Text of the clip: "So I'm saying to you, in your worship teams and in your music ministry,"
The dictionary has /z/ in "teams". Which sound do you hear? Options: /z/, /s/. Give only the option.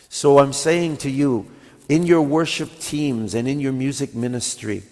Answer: /z/